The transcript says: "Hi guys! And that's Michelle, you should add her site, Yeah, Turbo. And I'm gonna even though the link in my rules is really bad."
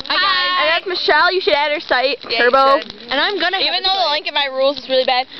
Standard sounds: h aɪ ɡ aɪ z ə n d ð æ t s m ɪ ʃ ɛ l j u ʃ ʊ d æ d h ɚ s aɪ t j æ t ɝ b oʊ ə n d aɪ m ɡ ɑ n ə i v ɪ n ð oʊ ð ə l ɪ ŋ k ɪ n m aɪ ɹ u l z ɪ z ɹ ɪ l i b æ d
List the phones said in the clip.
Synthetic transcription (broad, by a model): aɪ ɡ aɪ ə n ð æ t s m ɪ ʃ ɛ l j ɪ ʃ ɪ d æ d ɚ s aɪ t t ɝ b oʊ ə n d aɪ m ɡ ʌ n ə i v ɪ n ð oʊ ð ə l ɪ ŋ k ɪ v m aɪ ɹ u l z ɪ z ɹ ɪ l i b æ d